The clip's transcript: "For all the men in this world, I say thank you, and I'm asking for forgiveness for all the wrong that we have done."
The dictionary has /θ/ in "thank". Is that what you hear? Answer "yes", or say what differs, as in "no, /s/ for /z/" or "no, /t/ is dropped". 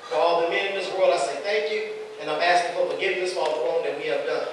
yes